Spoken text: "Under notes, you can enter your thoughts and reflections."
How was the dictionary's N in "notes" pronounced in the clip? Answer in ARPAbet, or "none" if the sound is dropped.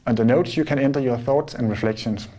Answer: N